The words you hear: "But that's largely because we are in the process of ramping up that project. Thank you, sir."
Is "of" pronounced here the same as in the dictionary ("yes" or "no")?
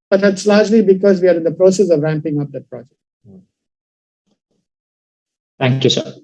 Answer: yes